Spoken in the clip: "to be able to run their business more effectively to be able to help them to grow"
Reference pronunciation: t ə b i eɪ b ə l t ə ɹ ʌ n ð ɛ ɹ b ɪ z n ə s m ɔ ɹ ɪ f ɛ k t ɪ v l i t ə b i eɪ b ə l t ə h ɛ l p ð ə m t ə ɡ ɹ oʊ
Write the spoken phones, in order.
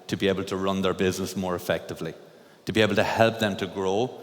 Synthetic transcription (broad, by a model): t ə b i eɪ b ə l t ə ɹ ʌ n ð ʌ ɹ b ɪ z n ə s m ɔ ɹ ɪ f ɛ k t ɪ v l i t ə b i eɪ b ə l t ə h ɛ l p ð ə m t ə ɡ ɹ oʊ